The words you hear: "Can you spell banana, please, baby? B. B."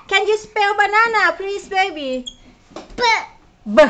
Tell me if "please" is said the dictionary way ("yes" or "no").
no